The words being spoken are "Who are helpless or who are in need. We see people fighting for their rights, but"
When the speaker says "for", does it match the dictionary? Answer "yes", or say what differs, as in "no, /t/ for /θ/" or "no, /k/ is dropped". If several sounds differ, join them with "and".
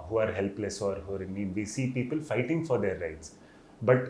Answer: yes